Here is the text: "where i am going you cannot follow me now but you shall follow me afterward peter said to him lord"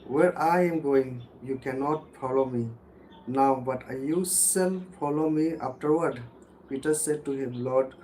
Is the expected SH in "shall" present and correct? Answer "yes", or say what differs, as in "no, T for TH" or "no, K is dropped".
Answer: no, S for SH